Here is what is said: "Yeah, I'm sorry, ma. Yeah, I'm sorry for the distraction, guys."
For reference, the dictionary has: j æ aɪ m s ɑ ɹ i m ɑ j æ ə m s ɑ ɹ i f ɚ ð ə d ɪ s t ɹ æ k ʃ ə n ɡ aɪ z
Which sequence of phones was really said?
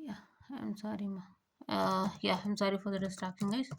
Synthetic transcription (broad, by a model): j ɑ aɪ m s ɑ ɹ i m ɑ j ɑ ə m s ɑ ɹ i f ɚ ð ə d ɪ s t ɑ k ə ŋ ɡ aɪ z